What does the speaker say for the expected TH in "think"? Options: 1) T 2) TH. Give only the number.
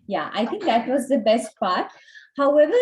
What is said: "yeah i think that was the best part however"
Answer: 1